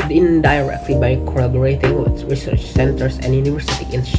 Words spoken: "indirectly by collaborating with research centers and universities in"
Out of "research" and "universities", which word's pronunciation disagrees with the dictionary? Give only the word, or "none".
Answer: universities